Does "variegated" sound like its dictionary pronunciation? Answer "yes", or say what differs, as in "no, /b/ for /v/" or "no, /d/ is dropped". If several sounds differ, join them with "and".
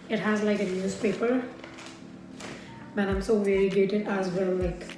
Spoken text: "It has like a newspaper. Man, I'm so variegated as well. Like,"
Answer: no, /d/ is dropped